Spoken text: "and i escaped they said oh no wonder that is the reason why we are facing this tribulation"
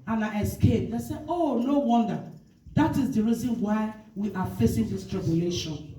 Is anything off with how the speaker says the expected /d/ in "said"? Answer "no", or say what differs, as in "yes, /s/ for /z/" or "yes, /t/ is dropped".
yes, /d/ is dropped